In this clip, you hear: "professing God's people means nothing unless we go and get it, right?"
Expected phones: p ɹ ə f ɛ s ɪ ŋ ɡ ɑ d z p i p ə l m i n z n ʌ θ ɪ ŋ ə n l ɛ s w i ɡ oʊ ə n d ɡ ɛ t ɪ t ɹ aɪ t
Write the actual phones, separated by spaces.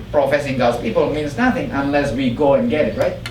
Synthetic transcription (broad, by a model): p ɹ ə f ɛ s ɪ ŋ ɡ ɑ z p i p ə l m i n z n ʌ θ ɪ ŋ ə n l ɛ s w i ɡ oʊ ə n ɡ ɛ t ɪ t ɹ aɪ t